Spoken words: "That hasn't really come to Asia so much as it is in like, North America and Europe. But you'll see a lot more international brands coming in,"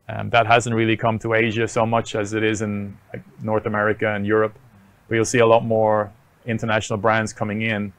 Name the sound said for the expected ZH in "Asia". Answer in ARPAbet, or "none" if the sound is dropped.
ZH